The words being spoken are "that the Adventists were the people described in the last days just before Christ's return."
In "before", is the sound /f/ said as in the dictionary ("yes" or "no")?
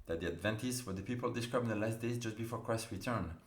yes